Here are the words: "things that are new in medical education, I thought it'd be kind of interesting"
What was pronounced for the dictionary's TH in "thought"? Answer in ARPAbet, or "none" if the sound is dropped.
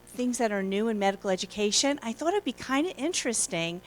TH